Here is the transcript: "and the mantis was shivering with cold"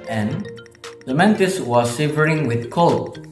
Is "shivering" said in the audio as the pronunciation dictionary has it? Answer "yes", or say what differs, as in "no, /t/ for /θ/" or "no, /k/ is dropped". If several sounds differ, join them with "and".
no, /s/ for /ʃ/